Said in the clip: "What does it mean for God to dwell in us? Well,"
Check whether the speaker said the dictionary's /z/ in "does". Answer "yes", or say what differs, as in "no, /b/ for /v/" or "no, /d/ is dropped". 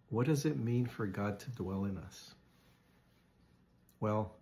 yes